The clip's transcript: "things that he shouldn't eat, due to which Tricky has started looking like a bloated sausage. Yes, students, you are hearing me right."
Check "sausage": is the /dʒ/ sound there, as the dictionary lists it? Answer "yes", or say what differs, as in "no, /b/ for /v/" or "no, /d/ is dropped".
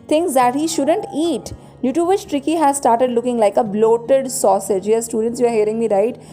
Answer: yes